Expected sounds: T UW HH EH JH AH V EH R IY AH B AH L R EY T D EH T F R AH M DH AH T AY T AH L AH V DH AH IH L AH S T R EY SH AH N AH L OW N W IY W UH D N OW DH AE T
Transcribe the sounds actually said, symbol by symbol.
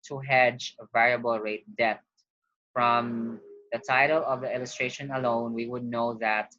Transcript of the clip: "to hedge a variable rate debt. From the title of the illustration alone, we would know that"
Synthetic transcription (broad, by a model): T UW HH EH JH AH V EH R IY AH B AH L R EY T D EH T F R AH M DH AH T AY T AH L AH V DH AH IH L AH S T R EY SH AH N AH L OW N W IY W UH D N OW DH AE T